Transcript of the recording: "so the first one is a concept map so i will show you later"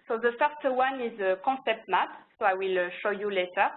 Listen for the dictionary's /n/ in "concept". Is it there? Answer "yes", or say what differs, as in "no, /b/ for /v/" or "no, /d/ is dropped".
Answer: no, /n/ is dropped